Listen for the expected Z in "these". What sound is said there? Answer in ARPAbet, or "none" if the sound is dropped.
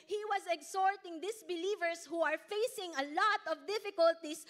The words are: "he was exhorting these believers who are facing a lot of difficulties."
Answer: S